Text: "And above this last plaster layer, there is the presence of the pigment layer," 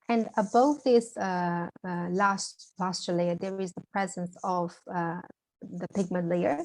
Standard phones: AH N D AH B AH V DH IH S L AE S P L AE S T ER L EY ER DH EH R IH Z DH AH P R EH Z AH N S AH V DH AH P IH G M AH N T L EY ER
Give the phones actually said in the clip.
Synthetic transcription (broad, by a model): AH N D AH B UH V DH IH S L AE S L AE S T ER L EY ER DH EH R IH Z DH AH P R EH Z AH N S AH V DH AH P IH G M AH N T L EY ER